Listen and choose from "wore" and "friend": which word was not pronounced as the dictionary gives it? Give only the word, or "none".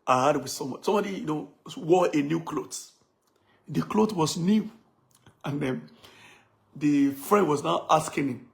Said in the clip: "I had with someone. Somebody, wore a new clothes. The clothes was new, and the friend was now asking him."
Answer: wore